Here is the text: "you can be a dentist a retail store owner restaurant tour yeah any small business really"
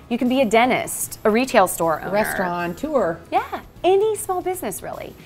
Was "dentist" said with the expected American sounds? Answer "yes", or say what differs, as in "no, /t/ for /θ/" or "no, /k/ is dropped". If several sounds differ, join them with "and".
yes